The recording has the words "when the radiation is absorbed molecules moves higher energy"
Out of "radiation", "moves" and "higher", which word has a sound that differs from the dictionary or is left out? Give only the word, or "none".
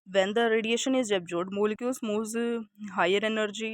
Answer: moves